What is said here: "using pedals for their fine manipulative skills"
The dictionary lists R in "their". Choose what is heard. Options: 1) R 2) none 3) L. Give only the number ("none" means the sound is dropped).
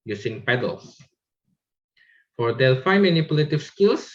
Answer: 3